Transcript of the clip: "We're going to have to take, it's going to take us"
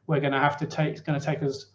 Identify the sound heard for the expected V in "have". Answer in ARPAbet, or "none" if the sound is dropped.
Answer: F